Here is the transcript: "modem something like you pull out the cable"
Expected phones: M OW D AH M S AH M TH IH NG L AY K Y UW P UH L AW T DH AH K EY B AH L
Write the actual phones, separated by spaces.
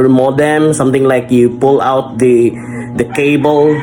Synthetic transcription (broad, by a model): M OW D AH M S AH M T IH NG L AY K Y UW P UH L AW T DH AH K EY B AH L